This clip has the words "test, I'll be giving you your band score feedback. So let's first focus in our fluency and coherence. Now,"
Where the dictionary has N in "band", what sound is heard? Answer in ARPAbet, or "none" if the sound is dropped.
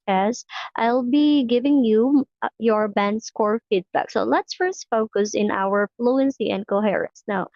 N